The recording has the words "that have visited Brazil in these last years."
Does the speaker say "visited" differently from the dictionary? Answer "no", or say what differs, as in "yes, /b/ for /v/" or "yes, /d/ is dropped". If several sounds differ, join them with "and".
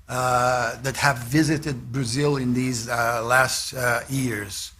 no